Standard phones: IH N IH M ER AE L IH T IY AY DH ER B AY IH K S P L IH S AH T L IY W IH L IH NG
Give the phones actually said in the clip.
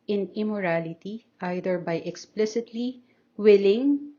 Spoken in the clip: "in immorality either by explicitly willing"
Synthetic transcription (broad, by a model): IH N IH M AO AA L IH T IY AY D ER B AY IH K S P L IH S AH T L IY W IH L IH NG